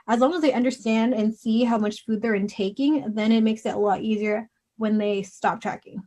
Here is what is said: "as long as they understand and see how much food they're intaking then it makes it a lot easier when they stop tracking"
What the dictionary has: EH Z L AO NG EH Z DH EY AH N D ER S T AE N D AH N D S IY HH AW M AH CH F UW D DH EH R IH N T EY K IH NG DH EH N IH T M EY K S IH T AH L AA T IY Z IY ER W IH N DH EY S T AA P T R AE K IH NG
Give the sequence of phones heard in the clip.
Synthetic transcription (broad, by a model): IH Z L AO NG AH Z DH EY AH N D ER S T AE N D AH N S IY HH AW M AH CH F UW D DH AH R IH N T EY K IH NG DH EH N IH T M EY K S IH T AH L AA T IY Z IY ER W IH N DH EY S T AA P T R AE K IH NG